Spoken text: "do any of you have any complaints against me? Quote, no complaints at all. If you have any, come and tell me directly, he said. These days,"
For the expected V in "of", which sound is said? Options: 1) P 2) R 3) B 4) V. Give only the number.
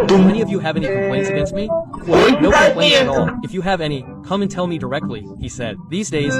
4